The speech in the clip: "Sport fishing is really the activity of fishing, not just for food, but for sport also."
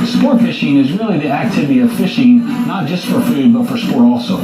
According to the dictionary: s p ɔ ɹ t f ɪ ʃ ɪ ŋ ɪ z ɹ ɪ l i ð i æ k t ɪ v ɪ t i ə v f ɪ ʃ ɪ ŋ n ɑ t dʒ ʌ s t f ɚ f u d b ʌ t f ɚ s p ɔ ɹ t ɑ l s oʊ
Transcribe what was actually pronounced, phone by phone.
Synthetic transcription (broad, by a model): s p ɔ ɹ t f ɪ ʃ ɪ ŋ ɪ z ɹ ɪ l i ð i æ k t ɪ v ɪ t i ə v f ɪ ʃ ɪ ŋ n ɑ t dʒ ʌ s t f ɚ f u d b ʌ t f ɚ s p ɔ ɹ t ɑ l s oʊ